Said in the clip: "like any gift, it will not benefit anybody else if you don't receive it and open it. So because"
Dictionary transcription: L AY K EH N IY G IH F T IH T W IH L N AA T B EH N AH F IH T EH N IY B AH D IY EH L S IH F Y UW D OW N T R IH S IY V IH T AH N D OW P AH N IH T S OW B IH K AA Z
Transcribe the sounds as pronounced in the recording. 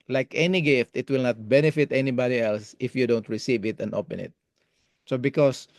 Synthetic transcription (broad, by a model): L AY K EH N IY G IH F T IH T W IH L N AA T B EH N AH F IH T EH N IY B AH D IY EH L S IH F Y UW D OW N T R IH S IY V IH T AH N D OW P AH N IH T S OW B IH K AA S